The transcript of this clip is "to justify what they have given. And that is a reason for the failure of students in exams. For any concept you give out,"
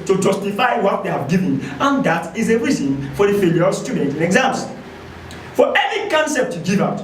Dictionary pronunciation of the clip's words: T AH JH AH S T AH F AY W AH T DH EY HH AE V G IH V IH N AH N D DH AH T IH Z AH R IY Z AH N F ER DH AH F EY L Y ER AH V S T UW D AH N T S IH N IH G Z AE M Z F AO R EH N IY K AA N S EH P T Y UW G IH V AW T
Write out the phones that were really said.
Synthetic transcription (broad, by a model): T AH JH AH S T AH F AY W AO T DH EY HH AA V G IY V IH N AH N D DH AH T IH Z AH R IY Z AH N F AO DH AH F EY L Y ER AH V S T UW D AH N T IH N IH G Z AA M S F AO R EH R IY K AA N S EH P T Y UW G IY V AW T